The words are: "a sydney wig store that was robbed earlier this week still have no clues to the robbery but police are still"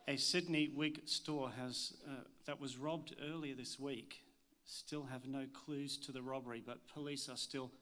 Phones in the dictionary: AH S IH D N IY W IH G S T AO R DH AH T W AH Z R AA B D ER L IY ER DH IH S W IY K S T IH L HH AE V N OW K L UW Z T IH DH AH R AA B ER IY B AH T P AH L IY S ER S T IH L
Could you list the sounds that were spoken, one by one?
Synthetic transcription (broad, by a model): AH S IH D N IY W IH G S T AO R DH AH T W AH Z R AA B D ER L IY ER DH IH S W IY K S T IH L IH V N OW K L UW Z T IH DH AH R AA B ER IY B AH T P AH L IY S ER S T IH L